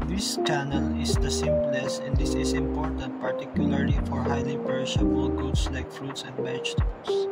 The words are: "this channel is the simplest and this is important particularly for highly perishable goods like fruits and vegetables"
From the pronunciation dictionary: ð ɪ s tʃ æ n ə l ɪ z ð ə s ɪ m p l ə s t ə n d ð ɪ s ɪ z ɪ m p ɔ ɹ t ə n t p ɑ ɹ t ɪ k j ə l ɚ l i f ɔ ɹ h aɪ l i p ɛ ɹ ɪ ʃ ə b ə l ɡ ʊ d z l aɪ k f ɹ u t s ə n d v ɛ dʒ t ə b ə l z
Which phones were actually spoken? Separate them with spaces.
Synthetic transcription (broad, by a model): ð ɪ s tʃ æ n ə l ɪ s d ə s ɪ m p l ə s ə n d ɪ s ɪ s ɪ m p ɔ ɹ t ə n t p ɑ ɹ t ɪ k j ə l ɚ l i f ɔ ɹ h aɪ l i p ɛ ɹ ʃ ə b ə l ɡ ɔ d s l aɪ k f ɹ u t s ə n d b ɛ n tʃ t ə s